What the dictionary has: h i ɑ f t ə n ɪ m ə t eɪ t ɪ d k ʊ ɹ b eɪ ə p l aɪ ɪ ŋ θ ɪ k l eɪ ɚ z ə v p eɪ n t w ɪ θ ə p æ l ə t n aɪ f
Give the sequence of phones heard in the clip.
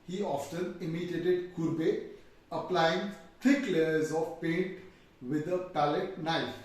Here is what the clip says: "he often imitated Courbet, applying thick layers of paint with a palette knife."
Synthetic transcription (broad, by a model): h i ɑ f t ə n ɪ m ə t eɪ t ɪ d k ʊ ɹ b eɪ ə p l aɪ ɪ ŋ t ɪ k l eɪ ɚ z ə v p eɪ n t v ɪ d ə p æ l ə t n aɪ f